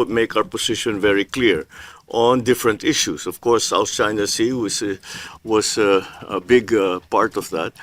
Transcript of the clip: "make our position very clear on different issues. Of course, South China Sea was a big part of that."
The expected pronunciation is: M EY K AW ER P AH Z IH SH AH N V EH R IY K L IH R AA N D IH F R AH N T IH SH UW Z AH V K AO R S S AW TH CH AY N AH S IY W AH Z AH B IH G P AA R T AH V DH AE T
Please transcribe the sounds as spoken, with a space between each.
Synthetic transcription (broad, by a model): M EY K AW ER P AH S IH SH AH N V EH R IY K L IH R AA N D IH F R AH N T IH SH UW S AH V K AO R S S AW TH CH AY N AH S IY W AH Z AH B IH G P AA R T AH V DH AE T